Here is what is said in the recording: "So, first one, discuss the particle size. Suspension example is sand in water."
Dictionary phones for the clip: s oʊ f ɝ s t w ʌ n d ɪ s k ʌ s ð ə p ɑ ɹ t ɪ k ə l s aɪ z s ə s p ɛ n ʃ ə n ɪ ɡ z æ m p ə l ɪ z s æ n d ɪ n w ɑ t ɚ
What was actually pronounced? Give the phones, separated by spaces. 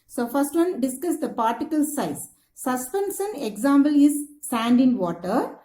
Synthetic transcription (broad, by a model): s oʊ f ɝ s t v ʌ n d ɪ s k ʌ s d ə p ɑ ɹ t ɪ k ə l s aɪ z s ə s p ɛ n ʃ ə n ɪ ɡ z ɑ m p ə l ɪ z s æ n d ɪ n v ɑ t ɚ